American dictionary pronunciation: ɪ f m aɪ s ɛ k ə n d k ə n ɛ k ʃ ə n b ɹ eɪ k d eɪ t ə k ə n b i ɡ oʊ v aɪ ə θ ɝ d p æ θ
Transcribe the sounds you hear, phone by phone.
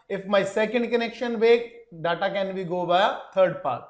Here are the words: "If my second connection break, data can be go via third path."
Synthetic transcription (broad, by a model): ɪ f m aɪ s ɛ k ə n d k ə n ɛ k ʃ ə n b eɪ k d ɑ t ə k ə n b i ɡ oʊ b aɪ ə t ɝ d p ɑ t